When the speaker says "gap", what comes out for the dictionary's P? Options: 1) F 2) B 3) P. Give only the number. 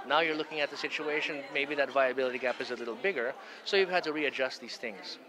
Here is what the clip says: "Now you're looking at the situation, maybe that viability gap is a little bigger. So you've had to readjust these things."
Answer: 3